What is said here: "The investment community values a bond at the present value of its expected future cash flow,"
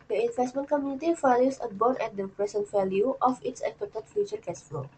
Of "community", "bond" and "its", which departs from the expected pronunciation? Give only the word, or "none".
bond